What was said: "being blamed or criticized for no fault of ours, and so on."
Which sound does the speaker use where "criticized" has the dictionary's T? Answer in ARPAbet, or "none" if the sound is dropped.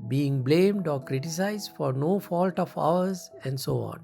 T